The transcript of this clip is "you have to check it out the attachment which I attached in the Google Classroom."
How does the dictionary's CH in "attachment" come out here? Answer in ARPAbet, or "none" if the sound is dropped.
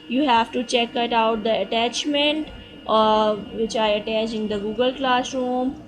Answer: CH